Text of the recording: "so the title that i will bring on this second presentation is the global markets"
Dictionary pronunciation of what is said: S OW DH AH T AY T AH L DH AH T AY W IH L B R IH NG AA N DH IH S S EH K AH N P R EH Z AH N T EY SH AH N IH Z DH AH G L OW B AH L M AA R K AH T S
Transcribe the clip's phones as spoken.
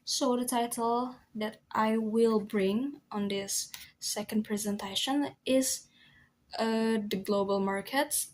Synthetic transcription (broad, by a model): S OW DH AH T AY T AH L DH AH T AY W IH L B R IH NG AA N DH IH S S EH K AH N P R EH Z AH N T EY SH AH N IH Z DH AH G L OW B AH L M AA R K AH T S